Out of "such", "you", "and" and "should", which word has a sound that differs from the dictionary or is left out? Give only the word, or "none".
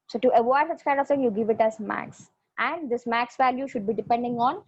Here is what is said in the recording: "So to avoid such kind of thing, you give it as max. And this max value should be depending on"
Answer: none